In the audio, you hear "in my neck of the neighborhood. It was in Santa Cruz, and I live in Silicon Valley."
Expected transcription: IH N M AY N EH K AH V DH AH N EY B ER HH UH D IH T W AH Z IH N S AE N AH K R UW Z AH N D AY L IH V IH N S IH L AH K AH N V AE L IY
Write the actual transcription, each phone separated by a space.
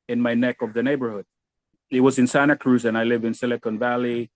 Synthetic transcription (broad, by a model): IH N M AY N EH K AH V DH AH N EY B ER HH UH D IH T W AH Z IH N S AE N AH K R UW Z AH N AY L IH V IH N S IH L AH K AH N V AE L IY